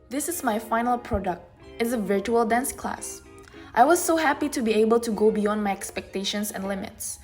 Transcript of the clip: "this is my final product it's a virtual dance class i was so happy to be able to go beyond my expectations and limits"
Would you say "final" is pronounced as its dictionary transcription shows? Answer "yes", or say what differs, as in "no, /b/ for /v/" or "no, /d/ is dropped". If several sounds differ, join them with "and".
yes